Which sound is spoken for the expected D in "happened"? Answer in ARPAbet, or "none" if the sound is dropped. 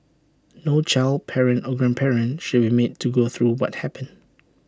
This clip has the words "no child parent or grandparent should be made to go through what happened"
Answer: none